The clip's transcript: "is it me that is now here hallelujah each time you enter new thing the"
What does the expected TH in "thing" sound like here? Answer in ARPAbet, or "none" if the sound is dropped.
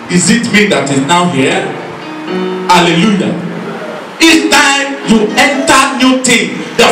T